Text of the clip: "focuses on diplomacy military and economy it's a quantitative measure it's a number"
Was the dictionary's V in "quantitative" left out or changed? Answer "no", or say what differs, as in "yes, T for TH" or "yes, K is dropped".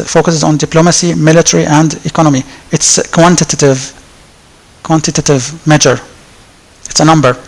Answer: no